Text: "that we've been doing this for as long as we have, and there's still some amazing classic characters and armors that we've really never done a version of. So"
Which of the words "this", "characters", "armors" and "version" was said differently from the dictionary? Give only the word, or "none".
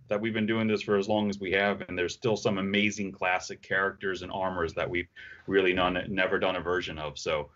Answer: none